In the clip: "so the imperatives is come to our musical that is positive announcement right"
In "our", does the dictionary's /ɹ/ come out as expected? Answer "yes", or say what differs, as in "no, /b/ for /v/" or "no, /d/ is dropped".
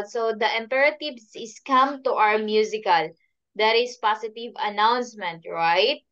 no, /w/ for /ɹ/